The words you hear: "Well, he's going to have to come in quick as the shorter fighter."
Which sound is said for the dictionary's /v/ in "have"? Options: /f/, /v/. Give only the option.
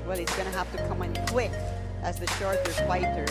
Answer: /f/